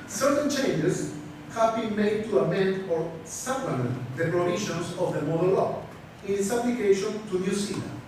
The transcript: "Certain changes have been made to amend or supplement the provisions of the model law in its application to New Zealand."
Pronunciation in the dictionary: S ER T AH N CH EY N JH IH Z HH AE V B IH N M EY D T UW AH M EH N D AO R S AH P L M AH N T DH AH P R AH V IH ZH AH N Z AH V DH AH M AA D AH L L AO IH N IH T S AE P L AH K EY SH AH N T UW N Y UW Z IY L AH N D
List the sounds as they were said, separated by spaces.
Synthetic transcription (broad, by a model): S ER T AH N CH EY N JH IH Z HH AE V B IH N M EY D T UW AH M EH N D AO R S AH L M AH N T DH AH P R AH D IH SH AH N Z AH V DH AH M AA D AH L L AO IH N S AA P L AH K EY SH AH N T UW N Y UW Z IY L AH